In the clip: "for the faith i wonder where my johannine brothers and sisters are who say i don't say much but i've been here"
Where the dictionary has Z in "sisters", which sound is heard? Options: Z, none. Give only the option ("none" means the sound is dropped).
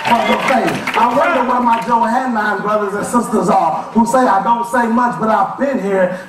Z